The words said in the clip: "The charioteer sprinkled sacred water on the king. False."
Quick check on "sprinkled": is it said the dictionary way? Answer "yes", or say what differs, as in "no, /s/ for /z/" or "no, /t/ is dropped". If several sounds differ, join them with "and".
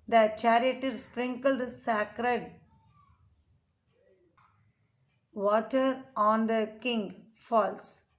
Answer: yes